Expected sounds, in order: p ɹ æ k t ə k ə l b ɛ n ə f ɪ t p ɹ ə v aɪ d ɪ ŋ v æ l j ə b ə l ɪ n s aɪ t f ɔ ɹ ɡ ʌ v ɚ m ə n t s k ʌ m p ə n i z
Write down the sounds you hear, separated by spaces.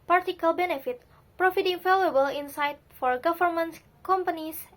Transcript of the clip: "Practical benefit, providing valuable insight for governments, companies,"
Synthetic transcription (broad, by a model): p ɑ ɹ t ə k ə l b ɛ n ə f ɪ t p ɹ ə f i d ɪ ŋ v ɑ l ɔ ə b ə l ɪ n s aɪ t f ɔ ɹ ɡ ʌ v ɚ m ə n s k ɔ m p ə n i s